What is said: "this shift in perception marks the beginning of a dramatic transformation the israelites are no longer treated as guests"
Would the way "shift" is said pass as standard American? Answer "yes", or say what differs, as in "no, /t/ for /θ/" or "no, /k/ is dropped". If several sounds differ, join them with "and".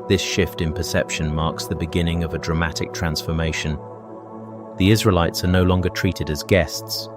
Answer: yes